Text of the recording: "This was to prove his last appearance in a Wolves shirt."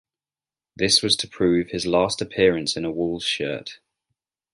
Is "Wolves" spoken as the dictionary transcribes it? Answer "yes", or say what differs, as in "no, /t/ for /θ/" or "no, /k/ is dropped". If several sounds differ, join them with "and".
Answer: no, /v/ is dropped